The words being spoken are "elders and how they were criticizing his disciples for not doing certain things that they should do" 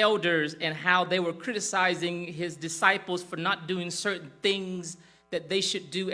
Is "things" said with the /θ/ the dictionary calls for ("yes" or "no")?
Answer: yes